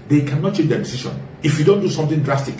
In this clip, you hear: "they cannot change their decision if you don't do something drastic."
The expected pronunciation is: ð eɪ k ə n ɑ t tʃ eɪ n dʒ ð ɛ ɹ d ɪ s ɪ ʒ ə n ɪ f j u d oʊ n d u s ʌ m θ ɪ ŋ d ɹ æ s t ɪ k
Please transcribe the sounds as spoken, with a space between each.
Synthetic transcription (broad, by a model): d eɪ k ə n ɑ t tʃ eɪ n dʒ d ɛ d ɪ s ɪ ʃ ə n ɪ f j u d oʊ n d u s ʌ m t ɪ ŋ d ɹ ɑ s t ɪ k